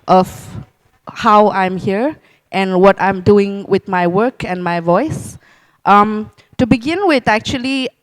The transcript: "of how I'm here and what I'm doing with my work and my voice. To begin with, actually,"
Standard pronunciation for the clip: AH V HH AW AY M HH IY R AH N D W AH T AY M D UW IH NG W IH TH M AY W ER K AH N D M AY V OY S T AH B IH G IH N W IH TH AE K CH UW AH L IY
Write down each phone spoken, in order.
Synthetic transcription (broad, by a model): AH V HH AW AY M HH IY R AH N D W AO T AY M D UW IH NG W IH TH M AY W ER K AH N M AY V OY S T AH B IH G IH N W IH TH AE K CH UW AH L IY